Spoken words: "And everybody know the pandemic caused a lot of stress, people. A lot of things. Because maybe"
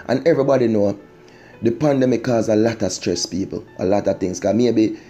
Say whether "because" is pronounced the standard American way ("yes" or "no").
no